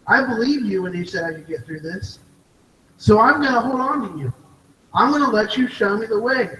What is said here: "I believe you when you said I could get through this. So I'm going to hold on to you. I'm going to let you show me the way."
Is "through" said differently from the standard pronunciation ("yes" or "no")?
no